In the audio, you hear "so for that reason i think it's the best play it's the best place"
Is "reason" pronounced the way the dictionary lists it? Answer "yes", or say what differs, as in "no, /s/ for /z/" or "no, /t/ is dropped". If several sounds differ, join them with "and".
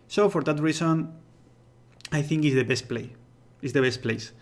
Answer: no, /s/ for /z/